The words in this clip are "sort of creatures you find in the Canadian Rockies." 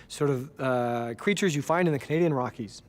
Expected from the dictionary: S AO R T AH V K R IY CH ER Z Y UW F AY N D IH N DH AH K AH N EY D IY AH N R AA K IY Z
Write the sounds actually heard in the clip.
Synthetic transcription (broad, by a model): S AO R T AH V K R IY CH ER Z Y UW F AY N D IH N DH AH K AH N EY D IY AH N R AA K IY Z